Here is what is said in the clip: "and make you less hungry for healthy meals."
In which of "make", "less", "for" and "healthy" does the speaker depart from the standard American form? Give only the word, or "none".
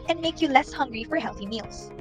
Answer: none